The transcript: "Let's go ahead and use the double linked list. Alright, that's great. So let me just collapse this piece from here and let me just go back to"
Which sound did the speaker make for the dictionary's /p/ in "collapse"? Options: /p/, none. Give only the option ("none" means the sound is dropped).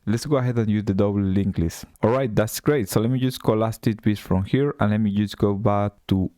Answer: none